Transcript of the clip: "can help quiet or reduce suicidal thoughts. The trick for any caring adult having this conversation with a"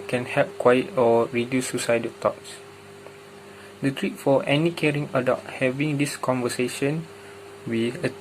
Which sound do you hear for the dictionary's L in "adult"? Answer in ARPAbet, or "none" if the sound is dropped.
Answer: none